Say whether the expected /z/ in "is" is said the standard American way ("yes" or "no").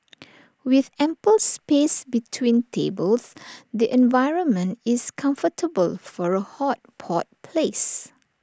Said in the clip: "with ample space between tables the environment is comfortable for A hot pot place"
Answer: no